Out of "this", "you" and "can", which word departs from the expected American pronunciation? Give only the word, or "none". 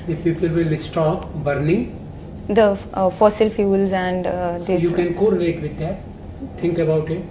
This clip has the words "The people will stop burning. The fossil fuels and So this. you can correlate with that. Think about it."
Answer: this